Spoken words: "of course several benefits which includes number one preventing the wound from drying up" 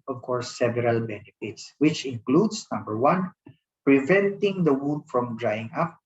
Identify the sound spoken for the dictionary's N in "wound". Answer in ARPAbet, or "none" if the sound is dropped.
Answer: none